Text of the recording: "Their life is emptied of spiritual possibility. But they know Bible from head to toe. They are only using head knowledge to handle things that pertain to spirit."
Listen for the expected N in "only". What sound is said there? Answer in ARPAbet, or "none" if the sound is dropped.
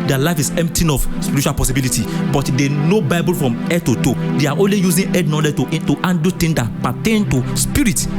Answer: N